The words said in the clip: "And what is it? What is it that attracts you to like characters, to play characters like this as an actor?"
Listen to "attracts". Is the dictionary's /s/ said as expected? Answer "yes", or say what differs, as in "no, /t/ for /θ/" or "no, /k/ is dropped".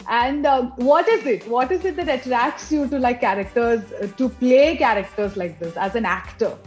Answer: yes